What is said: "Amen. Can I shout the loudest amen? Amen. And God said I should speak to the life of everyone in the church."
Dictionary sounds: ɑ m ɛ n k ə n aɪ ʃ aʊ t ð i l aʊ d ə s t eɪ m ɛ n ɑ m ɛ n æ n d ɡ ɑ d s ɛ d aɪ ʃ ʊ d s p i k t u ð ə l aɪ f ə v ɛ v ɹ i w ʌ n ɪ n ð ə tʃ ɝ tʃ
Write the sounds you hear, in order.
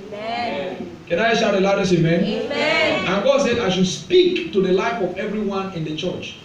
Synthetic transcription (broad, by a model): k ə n aɪ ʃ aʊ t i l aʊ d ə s eɪ m ɛ n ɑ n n ɡ ɑ d s ɛ d aɪ ʃ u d s p i k t u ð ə l aɪ f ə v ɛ v ɹ i w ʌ n ɪ n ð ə tʃ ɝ tʃ